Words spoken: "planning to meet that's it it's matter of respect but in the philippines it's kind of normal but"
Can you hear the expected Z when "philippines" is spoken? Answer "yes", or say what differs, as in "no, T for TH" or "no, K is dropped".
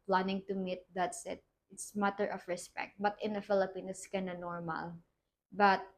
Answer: no, Z is dropped